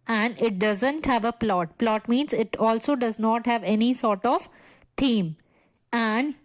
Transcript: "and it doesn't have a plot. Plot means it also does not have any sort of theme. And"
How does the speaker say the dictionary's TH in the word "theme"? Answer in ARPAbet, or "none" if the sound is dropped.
T